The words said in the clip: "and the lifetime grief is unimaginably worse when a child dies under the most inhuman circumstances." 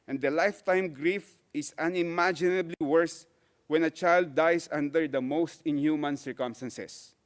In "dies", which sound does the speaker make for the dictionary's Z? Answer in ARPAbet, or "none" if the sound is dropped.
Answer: S